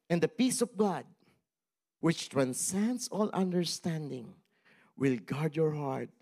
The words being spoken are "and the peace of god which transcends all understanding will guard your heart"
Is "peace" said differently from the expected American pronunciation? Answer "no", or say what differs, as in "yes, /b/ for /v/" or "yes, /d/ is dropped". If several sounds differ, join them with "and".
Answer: no